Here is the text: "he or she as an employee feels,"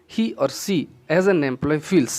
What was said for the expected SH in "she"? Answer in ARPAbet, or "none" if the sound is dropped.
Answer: S